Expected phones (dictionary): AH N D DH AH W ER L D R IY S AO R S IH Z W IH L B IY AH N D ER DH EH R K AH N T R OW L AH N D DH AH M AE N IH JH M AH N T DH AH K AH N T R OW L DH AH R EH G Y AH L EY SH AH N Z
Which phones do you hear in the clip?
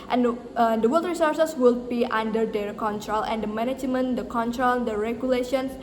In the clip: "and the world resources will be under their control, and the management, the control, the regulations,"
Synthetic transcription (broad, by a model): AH N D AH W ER L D R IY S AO R S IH S W IH L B IY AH N D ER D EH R K AH N T R OW L AH N D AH M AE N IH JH M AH N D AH K AH N T R OW L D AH R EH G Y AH L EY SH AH N